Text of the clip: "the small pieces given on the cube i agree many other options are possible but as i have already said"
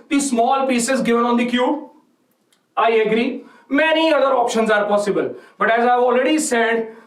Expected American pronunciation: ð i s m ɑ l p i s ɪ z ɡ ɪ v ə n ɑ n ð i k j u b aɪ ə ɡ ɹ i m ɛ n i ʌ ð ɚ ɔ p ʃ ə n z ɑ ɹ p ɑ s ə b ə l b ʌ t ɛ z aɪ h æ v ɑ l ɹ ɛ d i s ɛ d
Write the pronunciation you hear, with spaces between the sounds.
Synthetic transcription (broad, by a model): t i s m ɑ l p i s ɪ z ɡ ɪ v ə n ɑ n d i k j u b aɪ ə ɡ ɹ i m ɛ n i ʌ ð ɚ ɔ p ʃ ə n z ɑ ɹ p ɑ s ə b ə l b ʌ t ɛ z aɪ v ɑ l ɹ ɛ d i s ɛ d